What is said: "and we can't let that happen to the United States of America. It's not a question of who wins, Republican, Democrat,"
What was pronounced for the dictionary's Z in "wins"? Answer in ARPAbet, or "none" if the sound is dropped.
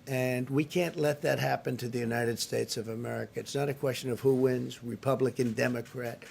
Z